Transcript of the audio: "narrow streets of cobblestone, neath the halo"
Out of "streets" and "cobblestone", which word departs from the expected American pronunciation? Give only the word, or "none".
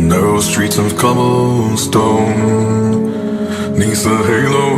cobblestone